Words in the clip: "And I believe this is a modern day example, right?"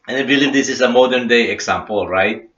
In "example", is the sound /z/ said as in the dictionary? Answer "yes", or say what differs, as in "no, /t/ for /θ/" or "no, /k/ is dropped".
no, /s/ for /z/